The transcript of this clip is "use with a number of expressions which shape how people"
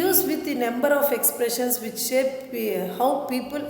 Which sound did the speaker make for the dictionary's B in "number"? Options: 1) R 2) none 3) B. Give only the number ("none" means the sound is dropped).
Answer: 3